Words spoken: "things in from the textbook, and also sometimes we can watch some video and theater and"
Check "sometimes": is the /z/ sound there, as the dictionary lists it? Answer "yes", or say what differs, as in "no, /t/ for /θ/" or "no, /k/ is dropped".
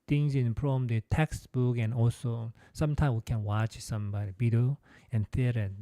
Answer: no, /z/ is dropped